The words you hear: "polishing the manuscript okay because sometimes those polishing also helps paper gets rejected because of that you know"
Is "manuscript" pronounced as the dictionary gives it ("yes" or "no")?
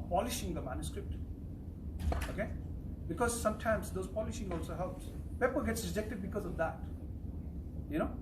yes